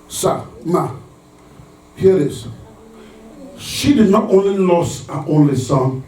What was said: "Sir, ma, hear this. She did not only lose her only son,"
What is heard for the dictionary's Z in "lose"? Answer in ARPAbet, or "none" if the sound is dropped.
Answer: S